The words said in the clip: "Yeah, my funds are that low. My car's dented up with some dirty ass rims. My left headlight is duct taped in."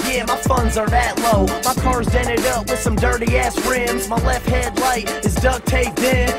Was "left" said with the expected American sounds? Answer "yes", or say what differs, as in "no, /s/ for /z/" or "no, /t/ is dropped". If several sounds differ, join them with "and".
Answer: yes